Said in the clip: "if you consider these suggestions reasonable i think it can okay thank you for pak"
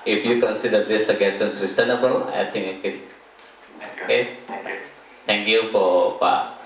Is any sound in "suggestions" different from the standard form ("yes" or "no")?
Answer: yes